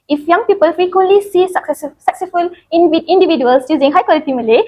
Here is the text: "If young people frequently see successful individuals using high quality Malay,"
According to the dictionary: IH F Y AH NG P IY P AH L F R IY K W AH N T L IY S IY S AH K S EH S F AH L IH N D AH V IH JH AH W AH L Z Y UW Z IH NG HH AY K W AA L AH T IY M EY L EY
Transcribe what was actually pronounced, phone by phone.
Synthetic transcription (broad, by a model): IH F Y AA NG P IY P AH L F R IY K W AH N L IY S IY S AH K S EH S F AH L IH N D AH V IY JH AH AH L S Y UW Z IH NG HH AY K W AA L AH T IY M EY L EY